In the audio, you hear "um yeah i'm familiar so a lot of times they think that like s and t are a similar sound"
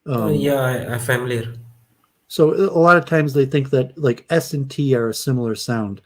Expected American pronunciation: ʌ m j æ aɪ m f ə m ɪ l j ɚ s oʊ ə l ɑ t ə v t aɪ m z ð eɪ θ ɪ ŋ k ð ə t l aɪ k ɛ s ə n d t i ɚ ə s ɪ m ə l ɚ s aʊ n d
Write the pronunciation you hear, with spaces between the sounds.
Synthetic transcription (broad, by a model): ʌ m j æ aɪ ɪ f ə m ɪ l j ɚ s oʊ ə l ɑ t ə v t aɪ m z ð eɪ θ ɪ ŋ k ð ə t l aɪ k ɛ s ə n t i ɚ ə s ɪ m l ɚ s aʊ n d